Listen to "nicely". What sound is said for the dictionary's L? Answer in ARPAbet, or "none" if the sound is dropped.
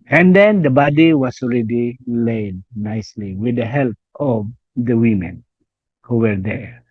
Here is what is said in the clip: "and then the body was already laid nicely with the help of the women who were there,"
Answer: L